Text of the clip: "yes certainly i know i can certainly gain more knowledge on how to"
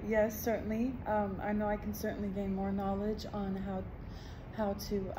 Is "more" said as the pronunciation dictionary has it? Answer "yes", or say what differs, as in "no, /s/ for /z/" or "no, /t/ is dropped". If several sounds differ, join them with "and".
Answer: yes